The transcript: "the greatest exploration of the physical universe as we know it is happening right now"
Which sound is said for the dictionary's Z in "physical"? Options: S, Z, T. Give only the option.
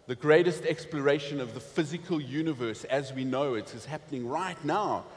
Z